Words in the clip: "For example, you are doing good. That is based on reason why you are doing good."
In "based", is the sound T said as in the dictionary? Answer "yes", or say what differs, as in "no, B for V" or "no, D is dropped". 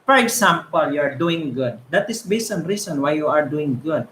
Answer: no, T is dropped